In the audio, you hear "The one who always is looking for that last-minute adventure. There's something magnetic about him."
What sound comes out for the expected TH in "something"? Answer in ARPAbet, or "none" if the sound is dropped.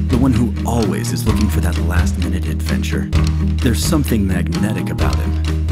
TH